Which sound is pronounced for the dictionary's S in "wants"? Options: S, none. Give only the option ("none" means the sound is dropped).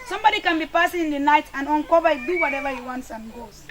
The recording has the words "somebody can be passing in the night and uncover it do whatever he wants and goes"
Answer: S